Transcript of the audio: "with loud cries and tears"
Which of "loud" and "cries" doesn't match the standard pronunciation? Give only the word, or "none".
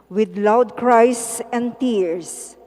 cries